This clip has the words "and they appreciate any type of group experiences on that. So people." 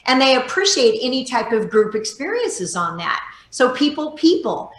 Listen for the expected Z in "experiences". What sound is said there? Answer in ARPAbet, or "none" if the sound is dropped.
Z